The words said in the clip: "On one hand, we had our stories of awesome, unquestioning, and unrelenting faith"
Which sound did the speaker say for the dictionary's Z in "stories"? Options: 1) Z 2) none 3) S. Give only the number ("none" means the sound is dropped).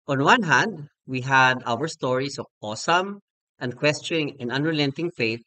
3